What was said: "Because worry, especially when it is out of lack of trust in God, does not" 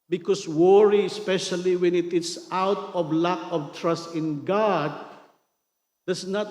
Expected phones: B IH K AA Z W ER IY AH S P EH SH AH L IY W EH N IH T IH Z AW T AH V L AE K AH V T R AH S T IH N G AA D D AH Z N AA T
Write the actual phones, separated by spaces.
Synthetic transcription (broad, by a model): B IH K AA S W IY AH S P EH SH AH L IY W EH N IH T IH S AW T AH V L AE K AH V T R AH S T IH N G AA D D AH S N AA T